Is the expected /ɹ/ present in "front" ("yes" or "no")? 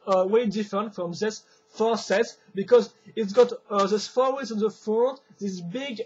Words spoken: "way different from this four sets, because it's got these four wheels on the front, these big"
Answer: no